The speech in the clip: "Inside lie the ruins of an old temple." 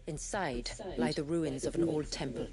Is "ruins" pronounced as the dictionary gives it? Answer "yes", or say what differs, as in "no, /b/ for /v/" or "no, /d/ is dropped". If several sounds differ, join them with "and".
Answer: yes